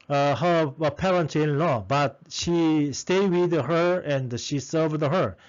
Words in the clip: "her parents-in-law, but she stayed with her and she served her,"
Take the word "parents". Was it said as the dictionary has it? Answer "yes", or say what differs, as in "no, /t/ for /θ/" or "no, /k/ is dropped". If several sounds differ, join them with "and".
no, /s/ is dropped